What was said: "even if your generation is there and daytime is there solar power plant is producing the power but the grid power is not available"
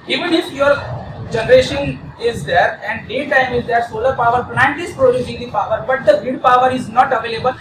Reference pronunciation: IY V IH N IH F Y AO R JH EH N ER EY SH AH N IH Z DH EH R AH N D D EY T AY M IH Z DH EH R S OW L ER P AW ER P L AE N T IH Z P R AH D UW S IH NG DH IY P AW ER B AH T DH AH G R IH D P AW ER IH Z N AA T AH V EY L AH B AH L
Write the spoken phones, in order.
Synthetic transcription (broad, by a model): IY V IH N IH F Y AO R JH EH N ER EY SH AH N IH Z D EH R AH N D D EY T AY M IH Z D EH R S OW L ER P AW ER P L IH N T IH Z P R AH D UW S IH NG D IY P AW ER B AH T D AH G IH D P AW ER IH Z N AA T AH V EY L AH B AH L